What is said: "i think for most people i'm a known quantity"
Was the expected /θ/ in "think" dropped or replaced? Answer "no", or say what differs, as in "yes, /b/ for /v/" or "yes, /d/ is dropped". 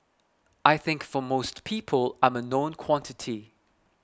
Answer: no